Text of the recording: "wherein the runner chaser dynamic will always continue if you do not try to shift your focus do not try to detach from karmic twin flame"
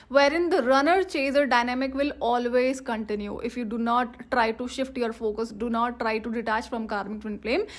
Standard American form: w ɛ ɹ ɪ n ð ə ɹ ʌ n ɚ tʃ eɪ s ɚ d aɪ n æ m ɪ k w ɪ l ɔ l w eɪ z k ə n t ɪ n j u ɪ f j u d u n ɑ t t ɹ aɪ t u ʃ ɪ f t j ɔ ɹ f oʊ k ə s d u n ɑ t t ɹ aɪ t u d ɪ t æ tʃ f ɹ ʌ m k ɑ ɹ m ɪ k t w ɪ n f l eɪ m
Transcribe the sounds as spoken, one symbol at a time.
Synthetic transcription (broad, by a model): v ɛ ɹ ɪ n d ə ɹ ʌ n ɚ tʃ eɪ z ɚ d aɪ n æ m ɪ k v ɪ l ɔ l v eɪ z k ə n t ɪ n j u ɪ f j u d u n ɑ t t ɹ aɪ t u ʃ ɪ f t j ɔ ɹ f oʊ k ə s d u n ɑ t t ɹ aɪ t u d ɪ t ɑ tʃ f ɹ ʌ m k ɑ ɹ m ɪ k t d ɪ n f l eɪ m